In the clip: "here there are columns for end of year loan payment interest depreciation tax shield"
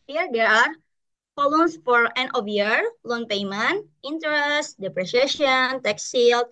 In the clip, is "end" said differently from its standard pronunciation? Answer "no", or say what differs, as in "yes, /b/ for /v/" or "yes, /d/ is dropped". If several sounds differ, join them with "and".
yes, /d/ is dropped